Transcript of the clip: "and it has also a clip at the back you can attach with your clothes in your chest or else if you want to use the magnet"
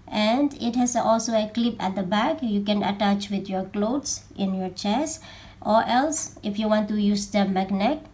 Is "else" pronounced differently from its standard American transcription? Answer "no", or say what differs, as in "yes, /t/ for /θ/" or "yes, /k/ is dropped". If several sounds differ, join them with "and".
no